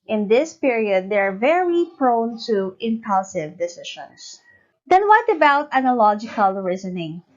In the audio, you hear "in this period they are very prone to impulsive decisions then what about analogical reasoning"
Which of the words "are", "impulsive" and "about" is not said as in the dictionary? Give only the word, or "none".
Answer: none